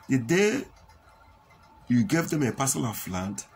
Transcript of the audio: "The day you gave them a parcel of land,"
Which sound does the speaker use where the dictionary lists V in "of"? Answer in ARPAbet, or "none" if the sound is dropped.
F